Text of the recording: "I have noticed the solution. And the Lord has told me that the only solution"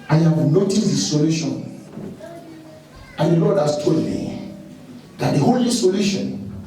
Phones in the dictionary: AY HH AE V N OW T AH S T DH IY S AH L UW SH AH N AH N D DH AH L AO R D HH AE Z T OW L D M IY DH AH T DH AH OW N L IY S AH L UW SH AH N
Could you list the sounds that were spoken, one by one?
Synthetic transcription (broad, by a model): AY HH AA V N OW T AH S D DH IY S AH L UW SH AH N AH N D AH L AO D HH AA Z T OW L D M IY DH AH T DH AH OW L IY S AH L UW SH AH N